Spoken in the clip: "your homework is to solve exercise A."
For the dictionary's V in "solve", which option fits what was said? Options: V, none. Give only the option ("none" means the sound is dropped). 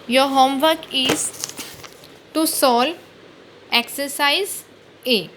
none